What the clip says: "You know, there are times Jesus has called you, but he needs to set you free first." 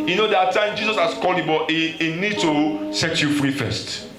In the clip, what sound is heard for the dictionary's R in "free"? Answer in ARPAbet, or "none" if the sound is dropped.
R